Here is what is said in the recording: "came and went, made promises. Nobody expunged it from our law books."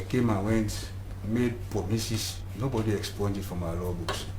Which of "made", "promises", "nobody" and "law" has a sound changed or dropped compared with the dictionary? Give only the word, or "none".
promises